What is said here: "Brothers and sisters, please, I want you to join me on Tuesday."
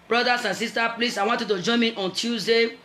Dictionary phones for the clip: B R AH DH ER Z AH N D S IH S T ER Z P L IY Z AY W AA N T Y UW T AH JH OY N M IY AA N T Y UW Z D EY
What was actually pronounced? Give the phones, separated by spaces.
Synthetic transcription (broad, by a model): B R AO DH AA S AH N S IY S T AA P L IY S AY W AA N T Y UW T AH JH OY M IY AA N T Y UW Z D EY